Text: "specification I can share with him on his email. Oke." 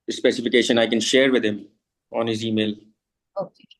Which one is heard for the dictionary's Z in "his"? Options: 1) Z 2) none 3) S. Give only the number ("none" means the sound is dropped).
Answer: 1